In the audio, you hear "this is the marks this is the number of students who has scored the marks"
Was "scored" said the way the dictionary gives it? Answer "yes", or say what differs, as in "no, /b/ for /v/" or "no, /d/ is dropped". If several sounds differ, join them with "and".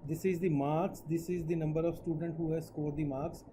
yes